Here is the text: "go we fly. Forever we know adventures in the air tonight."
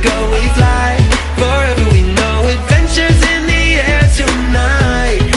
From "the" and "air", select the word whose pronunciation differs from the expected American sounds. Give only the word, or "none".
none